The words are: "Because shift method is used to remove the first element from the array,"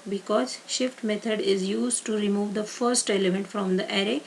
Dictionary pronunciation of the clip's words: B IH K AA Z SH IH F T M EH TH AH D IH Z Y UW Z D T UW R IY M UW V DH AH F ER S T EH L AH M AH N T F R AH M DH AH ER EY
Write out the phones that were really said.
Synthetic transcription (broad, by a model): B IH K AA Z SH IH F T M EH T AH D IH Z Y UW Z D T UW R IY M UW V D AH F ER S T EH L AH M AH N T F R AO M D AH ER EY